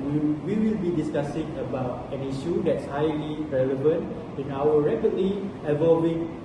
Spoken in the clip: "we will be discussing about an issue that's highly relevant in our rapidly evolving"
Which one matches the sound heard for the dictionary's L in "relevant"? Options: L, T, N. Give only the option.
L